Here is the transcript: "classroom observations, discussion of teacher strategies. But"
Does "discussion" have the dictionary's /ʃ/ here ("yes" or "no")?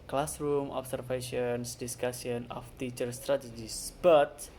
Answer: no